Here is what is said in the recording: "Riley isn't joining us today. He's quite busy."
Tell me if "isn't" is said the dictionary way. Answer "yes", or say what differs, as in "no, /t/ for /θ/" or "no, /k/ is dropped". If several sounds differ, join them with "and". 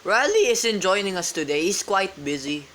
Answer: no, /s/ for /z/